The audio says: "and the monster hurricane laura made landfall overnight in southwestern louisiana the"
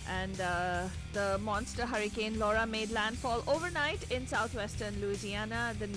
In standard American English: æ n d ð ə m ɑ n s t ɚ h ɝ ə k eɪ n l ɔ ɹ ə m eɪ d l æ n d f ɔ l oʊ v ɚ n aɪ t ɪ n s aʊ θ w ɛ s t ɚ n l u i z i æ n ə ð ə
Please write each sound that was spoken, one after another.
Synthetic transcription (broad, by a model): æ n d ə m ɑ n s t ɚ h ɝ ə k eɪ n l ɔ ɹ ə m eɪ d l æ n d f ɔ l oʊ v ɚ n aɪ t ɪ n s aʊ t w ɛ s t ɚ n l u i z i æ n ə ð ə